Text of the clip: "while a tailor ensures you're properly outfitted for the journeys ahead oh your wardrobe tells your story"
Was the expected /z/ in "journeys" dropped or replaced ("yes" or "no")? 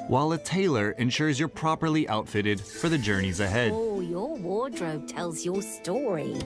no